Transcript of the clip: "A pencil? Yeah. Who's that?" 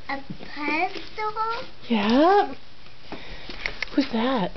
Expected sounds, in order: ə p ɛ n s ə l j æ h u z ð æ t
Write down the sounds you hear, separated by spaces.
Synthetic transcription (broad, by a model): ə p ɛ s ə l j æ h u z ð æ t